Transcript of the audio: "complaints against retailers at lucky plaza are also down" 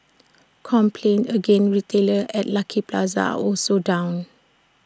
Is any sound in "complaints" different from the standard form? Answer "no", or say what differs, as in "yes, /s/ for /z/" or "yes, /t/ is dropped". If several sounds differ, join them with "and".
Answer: yes, /s/ is dropped